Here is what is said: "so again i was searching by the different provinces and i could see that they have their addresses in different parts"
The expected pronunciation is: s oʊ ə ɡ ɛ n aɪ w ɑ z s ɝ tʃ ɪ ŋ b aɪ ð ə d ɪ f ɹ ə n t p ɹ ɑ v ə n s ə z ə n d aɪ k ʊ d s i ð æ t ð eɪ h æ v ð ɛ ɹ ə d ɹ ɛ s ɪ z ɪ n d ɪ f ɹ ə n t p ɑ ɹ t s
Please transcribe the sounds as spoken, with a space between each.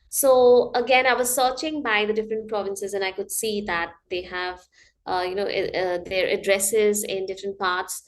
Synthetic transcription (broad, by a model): s oʊ ə ɡ ɛ n aɪ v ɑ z s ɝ tʃ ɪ ŋ b aɪ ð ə d ɪ f ɹ ə n t p ɹ ɑ v ə n s ə z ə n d aɪ k ʊ d s i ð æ t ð eɪ h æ v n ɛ ɹ ə d ɹ ɛ s ɪ z ɪ n d ɪ f ɹ ə n t p ɑ ɹ t s